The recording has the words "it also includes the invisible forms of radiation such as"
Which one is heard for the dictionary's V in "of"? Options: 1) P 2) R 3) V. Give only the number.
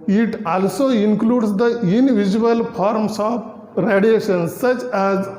1